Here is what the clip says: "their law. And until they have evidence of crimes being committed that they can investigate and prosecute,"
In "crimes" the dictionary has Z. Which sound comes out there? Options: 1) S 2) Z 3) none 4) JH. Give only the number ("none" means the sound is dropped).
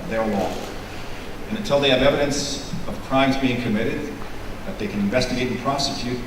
2